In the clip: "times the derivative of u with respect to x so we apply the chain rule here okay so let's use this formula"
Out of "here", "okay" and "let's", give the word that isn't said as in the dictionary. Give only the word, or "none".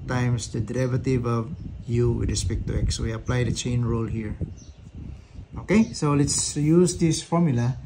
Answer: none